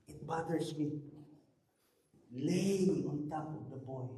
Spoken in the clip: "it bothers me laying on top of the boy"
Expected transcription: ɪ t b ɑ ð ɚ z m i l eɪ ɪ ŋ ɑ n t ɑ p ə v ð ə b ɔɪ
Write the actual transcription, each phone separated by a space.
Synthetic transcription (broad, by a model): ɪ t b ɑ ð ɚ s m i l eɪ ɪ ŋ ɑ n t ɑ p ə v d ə b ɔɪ